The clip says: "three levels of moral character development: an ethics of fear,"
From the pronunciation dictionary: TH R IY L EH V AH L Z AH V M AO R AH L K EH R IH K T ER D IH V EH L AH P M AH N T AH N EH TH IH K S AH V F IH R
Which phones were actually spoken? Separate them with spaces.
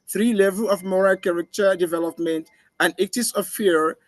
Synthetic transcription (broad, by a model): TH R IY L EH V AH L AH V M AO R AH L K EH R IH K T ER D IH V EH L AH P M AH N T AH N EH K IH S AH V F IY R